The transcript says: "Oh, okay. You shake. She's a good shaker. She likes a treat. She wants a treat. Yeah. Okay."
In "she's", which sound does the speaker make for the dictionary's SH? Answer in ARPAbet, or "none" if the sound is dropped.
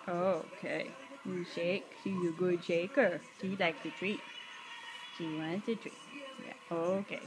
S